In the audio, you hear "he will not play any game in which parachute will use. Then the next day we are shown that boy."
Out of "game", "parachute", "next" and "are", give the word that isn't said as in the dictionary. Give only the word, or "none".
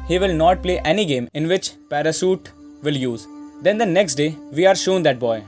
parachute